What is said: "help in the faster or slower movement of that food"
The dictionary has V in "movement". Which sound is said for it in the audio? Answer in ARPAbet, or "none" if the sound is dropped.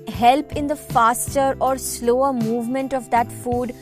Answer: V